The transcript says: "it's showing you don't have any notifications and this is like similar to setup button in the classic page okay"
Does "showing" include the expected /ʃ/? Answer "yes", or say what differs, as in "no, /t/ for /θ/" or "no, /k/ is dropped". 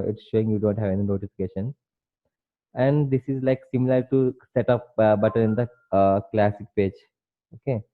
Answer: yes